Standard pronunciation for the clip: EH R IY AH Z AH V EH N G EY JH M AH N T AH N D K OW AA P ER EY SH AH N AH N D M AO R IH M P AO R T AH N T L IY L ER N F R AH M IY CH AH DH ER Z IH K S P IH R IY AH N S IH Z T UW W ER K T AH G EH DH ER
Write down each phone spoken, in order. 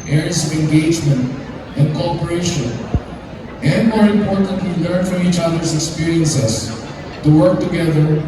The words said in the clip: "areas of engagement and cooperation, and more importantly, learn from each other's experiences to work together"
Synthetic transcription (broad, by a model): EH R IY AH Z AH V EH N G EY JH M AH N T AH N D K OW AA P ER EY SH AH N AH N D M AO R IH M P AO R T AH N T W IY L ER N F R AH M IY CH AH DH ER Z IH K S P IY R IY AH N S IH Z T UW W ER K T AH G EH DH ER